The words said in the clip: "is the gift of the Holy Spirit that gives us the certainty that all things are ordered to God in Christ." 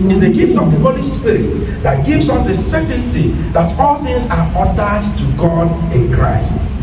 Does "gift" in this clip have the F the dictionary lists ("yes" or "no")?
yes